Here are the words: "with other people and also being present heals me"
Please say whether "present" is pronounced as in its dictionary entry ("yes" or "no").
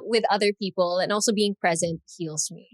yes